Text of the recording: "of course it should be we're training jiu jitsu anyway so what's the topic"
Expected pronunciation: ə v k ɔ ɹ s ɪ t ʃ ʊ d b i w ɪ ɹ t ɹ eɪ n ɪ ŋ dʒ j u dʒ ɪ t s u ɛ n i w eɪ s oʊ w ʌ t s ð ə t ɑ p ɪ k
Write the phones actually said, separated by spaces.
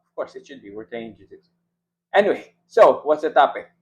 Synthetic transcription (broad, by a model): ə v k ɔ ɹ s ɪ t ʃ ʊ d b i w ɪ ɹ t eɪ ɪ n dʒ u z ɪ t ɛ n i w eɪ s oʊ w ʌ t s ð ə t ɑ p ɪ k